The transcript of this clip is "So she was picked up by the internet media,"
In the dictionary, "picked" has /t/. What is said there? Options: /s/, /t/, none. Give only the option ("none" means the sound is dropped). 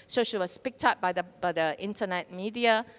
/t/